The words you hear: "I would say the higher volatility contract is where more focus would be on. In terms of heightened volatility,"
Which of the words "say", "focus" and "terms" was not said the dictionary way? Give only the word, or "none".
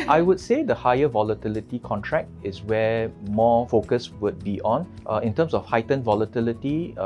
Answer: terms